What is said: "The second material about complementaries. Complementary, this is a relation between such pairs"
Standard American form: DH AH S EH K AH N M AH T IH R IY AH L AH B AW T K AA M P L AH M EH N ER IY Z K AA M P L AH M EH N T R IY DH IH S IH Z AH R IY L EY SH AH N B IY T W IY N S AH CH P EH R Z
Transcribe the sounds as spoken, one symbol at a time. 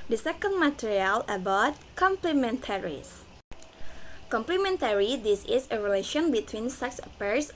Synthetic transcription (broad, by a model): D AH S EH K AH N M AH T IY R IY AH L AH B AW T K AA M P L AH M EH N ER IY S K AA M P L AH M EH N T R IY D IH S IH S AH R IY L EY SH AH N B IY T W IY N S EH S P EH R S